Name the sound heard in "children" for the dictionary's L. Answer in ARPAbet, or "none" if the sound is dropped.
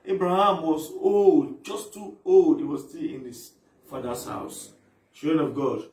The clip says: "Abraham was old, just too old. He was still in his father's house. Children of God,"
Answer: none